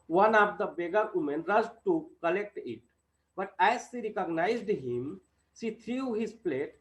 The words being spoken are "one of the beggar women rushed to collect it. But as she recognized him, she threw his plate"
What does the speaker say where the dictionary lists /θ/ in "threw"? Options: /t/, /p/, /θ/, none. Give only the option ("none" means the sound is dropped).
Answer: /t/